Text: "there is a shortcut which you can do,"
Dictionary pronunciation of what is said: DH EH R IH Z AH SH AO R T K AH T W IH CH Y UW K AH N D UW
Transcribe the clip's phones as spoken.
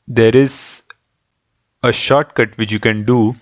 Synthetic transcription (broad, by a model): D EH R IH Z AH SH AO R T K AH T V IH CH Y UW K AH N D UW